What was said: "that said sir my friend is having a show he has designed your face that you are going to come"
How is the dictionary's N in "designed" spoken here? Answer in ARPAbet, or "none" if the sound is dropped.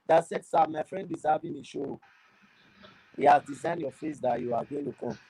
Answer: N